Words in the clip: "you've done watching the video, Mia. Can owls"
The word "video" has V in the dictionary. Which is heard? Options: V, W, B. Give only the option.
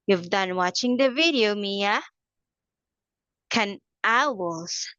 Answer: V